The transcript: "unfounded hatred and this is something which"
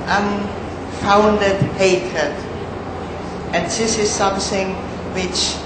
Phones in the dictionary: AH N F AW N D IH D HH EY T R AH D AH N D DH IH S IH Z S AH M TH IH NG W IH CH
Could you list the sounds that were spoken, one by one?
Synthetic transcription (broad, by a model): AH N F AW N D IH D HH EY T AH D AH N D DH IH S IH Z S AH M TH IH NG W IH CH